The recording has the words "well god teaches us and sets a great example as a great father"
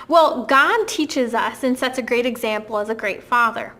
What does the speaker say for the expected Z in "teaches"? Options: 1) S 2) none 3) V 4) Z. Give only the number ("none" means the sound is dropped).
4